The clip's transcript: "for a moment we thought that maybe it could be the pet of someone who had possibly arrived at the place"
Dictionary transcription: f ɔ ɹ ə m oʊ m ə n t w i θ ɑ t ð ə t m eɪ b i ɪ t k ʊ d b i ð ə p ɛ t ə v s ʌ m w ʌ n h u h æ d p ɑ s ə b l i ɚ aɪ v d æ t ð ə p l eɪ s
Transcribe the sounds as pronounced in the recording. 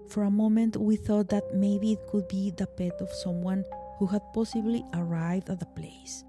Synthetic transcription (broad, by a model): f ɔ ɹ ə m oʊ m ə n t w i θ ɑ t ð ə t m eɪ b i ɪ t k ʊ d b i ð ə p ɛ t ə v s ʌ m w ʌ n h u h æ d p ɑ s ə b l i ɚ aɪ v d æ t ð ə p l eɪ s